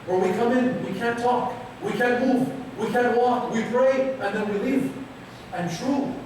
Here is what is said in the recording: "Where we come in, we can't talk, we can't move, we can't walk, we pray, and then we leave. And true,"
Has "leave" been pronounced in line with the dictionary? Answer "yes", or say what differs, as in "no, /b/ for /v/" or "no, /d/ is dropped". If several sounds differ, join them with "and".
no, /f/ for /v/